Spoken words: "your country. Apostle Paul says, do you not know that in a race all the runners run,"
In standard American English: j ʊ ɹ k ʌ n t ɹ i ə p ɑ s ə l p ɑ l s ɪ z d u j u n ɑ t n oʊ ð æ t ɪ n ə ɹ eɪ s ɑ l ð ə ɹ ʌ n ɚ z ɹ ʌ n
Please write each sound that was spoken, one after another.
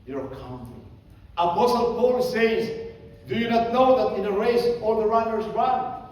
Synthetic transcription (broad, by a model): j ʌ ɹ k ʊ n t i ə p ɑ s ə l p ɑ l s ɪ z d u j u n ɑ t n oʊ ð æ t ɪ n ə ɹ eɪ s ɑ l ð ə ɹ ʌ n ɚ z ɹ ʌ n